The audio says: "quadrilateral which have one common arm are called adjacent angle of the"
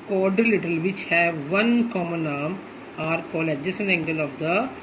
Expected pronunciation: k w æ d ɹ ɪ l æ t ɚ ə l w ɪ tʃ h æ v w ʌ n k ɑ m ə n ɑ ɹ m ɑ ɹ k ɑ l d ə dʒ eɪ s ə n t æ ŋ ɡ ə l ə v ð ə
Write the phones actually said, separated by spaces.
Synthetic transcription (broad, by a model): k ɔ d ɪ l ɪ t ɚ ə l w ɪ tʃ h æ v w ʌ n k ɑ m ə n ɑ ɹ m ɑ ɹ k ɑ l ə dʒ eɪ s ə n æ ŋ ɡ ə l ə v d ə